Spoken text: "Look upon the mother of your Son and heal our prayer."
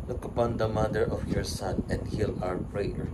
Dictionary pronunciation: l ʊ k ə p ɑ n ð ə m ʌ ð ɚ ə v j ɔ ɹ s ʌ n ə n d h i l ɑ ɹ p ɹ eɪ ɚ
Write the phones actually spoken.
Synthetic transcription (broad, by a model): l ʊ k ə p ɑ n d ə m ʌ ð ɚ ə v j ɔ ɹ s ʌ n ə n d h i l ɑ ɹ p ɹ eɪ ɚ